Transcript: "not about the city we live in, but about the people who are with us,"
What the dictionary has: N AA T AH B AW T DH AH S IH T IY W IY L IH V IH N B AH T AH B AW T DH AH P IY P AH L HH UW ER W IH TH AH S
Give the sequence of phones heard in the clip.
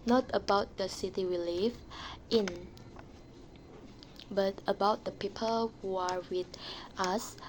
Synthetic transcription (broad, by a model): N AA T AH B AW T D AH S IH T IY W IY L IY F IH N B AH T AH B AW T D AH P IY P AH L HH UW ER W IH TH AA S